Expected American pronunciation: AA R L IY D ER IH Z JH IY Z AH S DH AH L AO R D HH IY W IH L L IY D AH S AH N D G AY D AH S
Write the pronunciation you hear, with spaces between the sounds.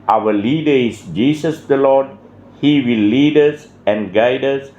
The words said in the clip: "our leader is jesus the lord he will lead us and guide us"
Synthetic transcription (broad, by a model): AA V L IY D ER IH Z JH IY S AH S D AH L AO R D HH IY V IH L L IY D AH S AH N D G AY D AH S